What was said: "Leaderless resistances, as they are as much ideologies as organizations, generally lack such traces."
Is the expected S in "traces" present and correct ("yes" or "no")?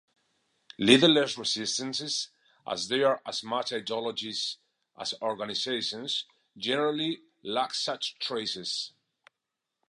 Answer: yes